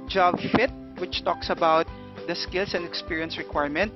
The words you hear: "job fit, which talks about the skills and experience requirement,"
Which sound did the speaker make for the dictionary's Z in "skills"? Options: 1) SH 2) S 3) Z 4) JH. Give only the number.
2